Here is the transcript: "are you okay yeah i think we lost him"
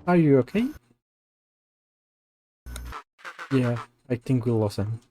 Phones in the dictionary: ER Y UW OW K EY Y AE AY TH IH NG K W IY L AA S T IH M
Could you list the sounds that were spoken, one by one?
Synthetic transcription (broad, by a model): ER Y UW OW K EY Y AE AY TH IH NG K W IY L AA S IH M